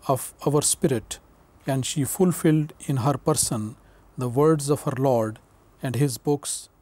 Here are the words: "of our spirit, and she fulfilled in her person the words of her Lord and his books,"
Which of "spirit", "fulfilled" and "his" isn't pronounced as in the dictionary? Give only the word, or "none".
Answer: none